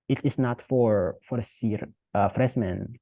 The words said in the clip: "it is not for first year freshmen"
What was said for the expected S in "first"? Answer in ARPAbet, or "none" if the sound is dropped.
none